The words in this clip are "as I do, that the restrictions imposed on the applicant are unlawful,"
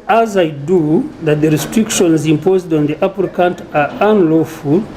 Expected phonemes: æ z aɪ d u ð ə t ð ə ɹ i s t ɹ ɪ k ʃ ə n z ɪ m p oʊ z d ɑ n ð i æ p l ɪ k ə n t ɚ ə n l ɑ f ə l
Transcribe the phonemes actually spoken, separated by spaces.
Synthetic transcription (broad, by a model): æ z aɪ d u ð ə t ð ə ɹ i s t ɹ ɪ k ʃ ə n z ɪ m p oʊ z d ɑ n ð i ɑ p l k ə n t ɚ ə n l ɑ f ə l